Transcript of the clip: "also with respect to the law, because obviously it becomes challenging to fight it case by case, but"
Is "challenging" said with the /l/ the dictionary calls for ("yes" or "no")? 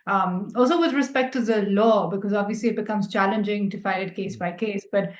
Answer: yes